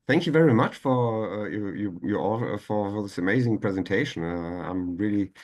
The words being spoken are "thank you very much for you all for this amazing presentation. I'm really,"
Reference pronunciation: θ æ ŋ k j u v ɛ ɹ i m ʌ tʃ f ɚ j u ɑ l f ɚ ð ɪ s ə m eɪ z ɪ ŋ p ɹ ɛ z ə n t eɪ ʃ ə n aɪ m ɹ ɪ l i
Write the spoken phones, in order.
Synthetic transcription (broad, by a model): θ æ ŋ k j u v ɛ ɹ i m ʌ tʃ f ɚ j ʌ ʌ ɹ f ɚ ð ɪ s ə m eɪ z ɪ ŋ p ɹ ɛ z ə n t eɪ ʃ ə n aɪ m ɹ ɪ l i